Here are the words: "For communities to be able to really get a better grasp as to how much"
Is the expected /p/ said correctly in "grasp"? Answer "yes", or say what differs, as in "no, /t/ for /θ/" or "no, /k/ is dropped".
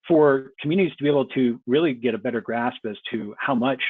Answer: yes